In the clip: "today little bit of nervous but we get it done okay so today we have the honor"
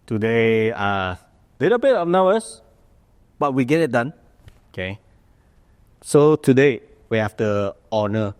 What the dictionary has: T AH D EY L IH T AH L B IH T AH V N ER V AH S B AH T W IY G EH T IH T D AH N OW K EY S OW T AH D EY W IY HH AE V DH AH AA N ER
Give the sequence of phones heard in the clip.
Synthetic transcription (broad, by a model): T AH D EY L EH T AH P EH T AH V N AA B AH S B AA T W IY G EH T IH T D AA N OW K EY S OW T AH D EY W IY HH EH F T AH AA N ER